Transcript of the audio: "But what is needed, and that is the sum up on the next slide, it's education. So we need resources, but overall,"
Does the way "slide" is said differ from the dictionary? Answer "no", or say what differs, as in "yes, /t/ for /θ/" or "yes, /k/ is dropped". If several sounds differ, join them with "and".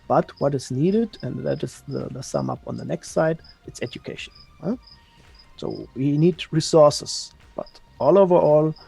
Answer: yes, /l/ is dropped